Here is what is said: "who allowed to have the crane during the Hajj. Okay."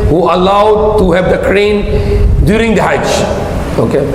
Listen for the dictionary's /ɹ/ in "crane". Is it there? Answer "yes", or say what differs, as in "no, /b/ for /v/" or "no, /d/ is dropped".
yes